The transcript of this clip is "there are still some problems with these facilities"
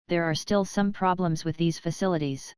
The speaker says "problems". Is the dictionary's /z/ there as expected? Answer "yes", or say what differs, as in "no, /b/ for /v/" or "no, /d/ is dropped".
yes